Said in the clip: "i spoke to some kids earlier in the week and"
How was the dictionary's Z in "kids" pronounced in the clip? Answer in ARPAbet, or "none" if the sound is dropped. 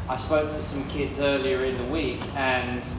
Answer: Z